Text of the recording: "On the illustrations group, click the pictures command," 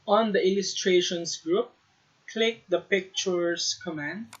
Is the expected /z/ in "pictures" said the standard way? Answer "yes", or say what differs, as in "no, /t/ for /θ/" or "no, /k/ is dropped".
no, /s/ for /z/